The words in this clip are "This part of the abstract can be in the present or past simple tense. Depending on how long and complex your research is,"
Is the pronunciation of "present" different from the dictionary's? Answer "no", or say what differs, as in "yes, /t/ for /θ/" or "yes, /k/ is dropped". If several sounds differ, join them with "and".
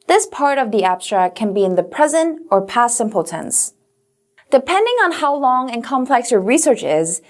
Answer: no